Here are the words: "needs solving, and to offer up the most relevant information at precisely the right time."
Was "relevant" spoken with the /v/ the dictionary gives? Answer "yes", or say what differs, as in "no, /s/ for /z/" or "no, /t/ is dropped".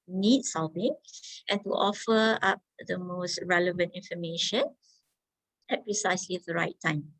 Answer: yes